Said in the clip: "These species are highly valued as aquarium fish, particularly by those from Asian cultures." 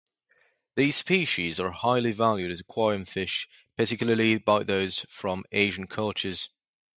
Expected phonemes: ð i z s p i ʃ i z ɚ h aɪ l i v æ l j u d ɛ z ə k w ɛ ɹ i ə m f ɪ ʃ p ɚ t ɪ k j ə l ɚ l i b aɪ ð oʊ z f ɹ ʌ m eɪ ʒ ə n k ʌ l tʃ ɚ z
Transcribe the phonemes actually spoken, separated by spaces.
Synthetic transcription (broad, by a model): ð i z s p i ʃ i z ɚ h aɪ l i v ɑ l j u d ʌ z ə k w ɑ i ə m f ɪ ʃ p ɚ t ɪ k j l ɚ l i b aɪ ð oʊ z f ɹ ʌ m eɪ ʒ ə n k ʌ l tʃ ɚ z